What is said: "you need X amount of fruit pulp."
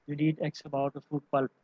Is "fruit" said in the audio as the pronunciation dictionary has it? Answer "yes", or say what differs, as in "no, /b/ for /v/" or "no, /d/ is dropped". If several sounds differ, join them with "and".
no, /ɹ/ is dropped